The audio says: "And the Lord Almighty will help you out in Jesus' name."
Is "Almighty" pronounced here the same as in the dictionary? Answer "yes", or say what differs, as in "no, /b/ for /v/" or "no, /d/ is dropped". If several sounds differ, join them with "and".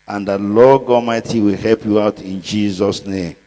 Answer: no, /l/ is dropped